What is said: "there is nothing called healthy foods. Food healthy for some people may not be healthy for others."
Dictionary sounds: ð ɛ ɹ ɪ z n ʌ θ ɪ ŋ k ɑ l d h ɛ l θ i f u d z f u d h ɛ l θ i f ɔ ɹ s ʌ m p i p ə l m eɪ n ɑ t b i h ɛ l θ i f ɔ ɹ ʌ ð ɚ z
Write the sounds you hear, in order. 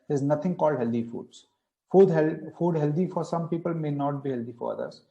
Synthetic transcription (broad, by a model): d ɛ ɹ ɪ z n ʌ t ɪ ŋ k ɑ l d h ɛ l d i f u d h f u d h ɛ l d i f ɔ ɹ s ʌ m p i p ə l m eɪ n ɑ t b i h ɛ l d i f ɔ ɹ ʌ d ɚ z